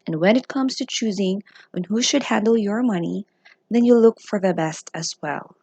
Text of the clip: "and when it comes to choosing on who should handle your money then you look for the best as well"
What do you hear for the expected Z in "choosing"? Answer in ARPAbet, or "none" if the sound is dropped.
Z